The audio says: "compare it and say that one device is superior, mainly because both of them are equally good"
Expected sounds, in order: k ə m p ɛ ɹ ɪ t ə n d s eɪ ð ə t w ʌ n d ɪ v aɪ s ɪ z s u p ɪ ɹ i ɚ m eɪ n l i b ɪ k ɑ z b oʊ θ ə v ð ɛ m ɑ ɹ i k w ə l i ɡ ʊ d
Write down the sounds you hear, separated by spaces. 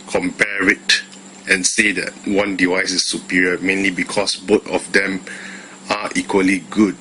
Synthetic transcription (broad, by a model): k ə m p ɛ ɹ ɪ t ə n s eɪ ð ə t w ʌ n d ɪ v aɪ s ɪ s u p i ɹ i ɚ m eɪ n l i b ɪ k ɑ s b oʊ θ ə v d ɛ m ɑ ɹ i k w ə l i ɡ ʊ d